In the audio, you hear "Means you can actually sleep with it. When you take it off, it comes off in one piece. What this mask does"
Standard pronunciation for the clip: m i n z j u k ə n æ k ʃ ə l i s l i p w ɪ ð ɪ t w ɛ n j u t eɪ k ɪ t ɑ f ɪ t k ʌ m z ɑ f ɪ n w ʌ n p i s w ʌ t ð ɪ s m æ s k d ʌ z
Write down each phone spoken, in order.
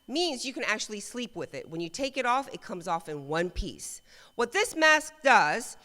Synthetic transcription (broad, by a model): m i n z j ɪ k ə n æ k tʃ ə l i s l i p w ɪ ð ɪ t w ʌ n j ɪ t eɪ k ɪ t ɑ f ɪ t k ʌ m z ɑ f ɪ n w ʌ n p i s w ʌ t ð ɪ s m æ s k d ʌ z